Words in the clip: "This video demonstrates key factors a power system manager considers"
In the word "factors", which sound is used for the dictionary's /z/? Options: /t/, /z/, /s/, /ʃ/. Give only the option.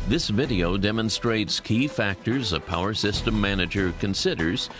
/z/